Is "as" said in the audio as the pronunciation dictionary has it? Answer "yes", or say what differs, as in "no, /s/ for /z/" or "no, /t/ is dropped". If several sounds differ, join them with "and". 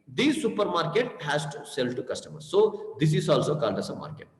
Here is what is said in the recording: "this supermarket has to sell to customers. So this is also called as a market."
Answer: no, /s/ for /z/